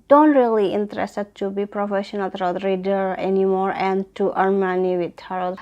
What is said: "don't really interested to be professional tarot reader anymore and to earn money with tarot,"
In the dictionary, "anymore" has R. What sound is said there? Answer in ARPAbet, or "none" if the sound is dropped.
R